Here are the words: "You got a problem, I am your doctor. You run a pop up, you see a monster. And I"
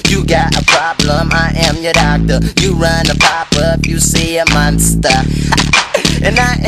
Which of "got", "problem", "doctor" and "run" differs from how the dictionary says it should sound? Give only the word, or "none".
none